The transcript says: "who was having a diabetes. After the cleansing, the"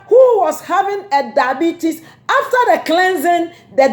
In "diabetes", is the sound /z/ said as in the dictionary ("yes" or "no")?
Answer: no